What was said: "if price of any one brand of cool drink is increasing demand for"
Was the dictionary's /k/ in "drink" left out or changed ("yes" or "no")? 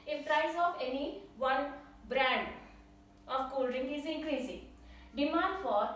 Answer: yes